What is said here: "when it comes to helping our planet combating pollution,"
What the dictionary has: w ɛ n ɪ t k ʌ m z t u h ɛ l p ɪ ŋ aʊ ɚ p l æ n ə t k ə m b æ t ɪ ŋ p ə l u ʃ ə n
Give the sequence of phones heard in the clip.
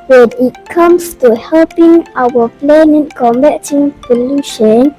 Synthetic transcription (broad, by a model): w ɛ n ɪ t k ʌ m s t u h ɛ l p ɪ ŋ aʊ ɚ p l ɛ n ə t k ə m b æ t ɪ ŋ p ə l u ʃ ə n